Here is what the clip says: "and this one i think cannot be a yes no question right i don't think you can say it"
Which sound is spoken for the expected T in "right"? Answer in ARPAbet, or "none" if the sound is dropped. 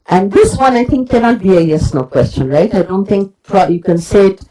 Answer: T